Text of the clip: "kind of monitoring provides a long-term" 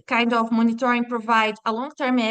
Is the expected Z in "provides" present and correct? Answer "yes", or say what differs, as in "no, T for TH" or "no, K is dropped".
no, Z is dropped